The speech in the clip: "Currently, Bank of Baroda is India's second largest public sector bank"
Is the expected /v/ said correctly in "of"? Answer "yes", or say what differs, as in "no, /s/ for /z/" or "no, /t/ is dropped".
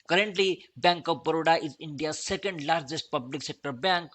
no, /p/ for /v/